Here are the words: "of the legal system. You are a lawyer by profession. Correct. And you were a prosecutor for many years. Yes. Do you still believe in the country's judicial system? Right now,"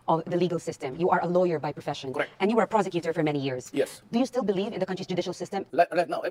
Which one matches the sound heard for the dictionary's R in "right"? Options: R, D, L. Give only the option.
L